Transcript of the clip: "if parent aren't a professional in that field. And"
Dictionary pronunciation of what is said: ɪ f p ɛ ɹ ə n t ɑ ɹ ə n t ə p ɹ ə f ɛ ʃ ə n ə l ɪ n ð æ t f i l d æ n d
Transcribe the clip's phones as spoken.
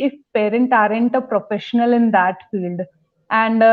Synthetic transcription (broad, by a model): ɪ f p ɛ ɹ ə n t ɑ ɹ ə n t ə p ɹ ə f ɛ ʃ ə n ə l ɪ n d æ t f i l d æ n d